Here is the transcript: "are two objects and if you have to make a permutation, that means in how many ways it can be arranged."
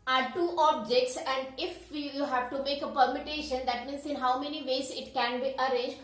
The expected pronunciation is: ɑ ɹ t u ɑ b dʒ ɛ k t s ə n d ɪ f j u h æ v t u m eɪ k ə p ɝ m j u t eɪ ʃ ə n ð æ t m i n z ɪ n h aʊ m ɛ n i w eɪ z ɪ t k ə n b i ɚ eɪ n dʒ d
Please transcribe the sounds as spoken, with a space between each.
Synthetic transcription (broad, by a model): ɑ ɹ t u ɑ b dʒ ɛ k t s ə n d ɪ f j u h æ v t u m eɪ k ə p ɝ m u t eɪ ʃ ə n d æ t m i n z ɪ n h aʊ m ɛ n i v eɪ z ɪ t k ə n b i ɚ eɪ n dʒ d